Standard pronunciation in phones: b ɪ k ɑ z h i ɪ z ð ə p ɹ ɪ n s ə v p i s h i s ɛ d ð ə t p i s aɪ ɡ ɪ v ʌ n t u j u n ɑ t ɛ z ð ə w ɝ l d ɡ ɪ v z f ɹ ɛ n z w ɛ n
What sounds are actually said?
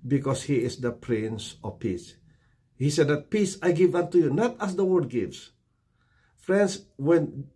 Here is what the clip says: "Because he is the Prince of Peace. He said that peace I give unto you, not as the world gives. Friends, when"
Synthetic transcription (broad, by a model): b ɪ k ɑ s h i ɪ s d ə p ɹ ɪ n s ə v p i s h i s ɛ d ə t p i s aɪ ɡ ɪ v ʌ n t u j u n ɑ t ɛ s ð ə w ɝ d ɡ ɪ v s f ɹ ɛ n s w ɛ n